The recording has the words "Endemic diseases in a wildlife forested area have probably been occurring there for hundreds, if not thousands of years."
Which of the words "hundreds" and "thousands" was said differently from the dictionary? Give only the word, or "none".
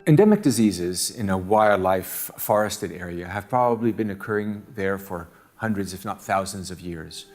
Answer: none